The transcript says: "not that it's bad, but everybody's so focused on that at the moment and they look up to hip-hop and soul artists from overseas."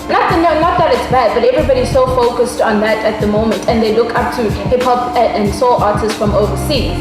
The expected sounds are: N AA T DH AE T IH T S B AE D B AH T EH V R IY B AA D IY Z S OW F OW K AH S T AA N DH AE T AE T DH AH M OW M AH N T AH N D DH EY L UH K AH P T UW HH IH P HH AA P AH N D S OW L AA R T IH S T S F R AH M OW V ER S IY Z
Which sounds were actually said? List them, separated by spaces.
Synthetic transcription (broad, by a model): N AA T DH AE T IH T S B AE D B AH T EH V R IY B AA D IY Z S OW F OW K AH S T AA N DH AE T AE T DH AH M OW M AH N T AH N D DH EY L UH K AH P T UW HH IH P HH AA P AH N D S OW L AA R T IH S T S F R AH M OW V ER S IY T